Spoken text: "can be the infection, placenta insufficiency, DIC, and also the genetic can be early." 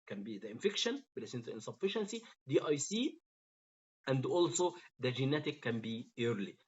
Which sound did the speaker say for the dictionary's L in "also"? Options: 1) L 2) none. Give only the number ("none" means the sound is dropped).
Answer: 1